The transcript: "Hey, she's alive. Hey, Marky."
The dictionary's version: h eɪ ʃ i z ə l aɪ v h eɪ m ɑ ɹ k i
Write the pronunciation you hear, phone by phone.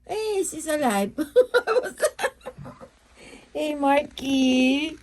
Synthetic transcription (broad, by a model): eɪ s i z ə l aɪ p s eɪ m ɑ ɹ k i